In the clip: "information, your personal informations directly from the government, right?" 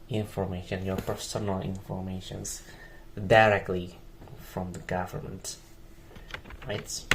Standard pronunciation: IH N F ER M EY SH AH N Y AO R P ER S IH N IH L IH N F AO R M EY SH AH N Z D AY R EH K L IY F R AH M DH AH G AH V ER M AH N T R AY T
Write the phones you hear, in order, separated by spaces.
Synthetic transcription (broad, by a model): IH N F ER M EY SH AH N Y AO R P ER S IH N IH L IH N F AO R M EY SH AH N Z D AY R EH K L IY F R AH M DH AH G AH V ER M AH N T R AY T